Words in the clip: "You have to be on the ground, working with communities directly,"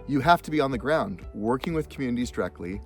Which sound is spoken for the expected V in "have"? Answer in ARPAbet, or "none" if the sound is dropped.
F